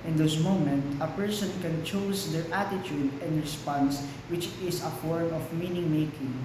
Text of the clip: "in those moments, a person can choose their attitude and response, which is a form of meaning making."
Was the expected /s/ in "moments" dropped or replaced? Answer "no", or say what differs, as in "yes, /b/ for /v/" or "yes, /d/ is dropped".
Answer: yes, /s/ is dropped